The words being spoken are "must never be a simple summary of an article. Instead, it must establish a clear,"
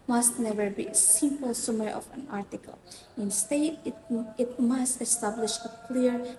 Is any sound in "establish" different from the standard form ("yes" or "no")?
no